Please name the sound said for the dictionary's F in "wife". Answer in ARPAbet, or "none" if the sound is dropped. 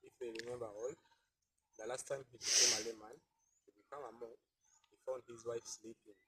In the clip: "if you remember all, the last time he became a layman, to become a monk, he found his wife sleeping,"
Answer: F